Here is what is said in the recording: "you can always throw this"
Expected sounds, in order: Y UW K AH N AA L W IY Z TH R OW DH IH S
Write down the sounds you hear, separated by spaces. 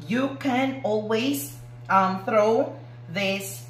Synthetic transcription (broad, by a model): Y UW K AH N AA L W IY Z TH R OW DH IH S